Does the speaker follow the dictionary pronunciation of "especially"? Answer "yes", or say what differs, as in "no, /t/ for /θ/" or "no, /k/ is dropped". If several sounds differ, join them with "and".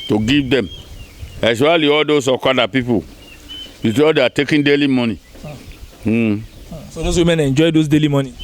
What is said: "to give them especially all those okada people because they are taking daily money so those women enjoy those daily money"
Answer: no, /ʃ/ is dropped